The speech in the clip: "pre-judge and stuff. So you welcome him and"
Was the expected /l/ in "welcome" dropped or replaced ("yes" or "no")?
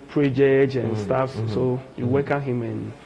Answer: yes